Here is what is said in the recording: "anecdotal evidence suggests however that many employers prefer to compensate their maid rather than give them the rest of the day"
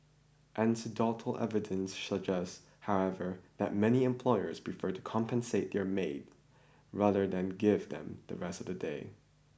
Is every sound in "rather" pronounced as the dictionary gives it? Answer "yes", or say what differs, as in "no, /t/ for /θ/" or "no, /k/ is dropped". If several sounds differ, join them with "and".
yes